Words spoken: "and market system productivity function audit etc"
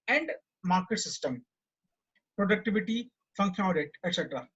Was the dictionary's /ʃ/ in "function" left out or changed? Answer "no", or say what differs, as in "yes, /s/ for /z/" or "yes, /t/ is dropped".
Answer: yes, /ʃ/ is dropped